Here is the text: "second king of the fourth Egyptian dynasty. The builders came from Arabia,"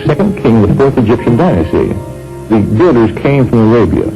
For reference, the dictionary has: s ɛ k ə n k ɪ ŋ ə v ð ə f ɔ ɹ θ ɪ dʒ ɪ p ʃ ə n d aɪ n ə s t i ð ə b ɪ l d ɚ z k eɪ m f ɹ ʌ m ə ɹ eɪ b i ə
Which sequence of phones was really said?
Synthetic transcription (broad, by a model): s ɛ k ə n k ɪ ŋ ə v ð ə f ɔ ɹ θ ɪ dʒ ɪ p ʃ ə n d aɪ n ə s t i ð ə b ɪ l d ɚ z k eɪ m f ɹ ʌ m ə ɹ eɪ b i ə